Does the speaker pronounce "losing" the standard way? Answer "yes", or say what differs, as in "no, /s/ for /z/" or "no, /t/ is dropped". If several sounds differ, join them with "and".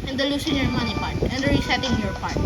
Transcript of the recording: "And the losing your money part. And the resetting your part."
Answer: no, /s/ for /z/